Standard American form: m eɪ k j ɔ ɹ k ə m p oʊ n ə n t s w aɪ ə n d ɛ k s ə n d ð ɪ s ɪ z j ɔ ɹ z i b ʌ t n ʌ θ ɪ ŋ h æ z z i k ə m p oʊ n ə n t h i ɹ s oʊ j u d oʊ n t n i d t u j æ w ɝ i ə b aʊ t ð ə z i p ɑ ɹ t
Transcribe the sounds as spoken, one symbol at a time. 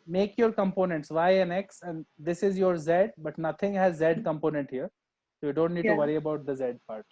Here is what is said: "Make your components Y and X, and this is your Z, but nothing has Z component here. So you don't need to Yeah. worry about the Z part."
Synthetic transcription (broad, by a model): m eɪ k j ɔ ɹ k ə m p oʊ n ə n t s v aɪ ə n ɛ k s ə n d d ɪ s ɪ z j ɔ ɹ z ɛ b ʌ t n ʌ t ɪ ŋ h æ z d k ə m p oʊ n ə n t h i ɹ s oʊ j u d oʊ n t n i d t u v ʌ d i ə b aʊ t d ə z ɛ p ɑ ɹ t